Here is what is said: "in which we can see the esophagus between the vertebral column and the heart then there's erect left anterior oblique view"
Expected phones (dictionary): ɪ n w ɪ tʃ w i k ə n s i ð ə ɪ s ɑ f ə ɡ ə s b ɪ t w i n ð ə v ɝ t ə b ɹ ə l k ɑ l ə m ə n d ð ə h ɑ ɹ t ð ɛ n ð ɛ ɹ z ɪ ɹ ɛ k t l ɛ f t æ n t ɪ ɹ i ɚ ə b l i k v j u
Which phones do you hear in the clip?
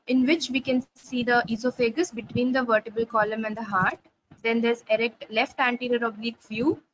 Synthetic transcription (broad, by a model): ɪ n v ɪ tʃ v i k ə n s i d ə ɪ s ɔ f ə ɡ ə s b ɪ t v i n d ə v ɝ t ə b ə l k ɑ l ə m ə n d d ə h ɑ ɹ t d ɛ n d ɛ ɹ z ɪ ɹ ɛ k t l ɛ f t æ n t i ɹ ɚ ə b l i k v j u